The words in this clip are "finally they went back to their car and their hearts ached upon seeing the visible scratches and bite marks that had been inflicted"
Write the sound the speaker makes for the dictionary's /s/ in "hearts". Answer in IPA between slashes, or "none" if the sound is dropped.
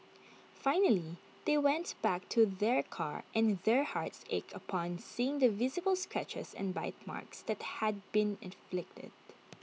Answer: /s/